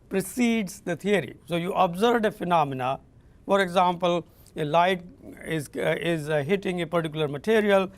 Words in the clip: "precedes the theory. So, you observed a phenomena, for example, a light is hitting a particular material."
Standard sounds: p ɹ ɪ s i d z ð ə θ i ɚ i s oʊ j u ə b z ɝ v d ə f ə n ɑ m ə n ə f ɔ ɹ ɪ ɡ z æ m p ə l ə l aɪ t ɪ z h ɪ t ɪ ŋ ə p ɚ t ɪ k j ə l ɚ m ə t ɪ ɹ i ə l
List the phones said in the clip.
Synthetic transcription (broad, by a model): p ɹ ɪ s i d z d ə t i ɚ i s oʊ j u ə b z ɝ d ə f ə n ɑ m ə n ə f ɔ ɹ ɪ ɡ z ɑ m p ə l ə l aɪ t ɪ z h ɪ t ɪ ŋ ə p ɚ t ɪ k j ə l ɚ m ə t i ɹ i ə l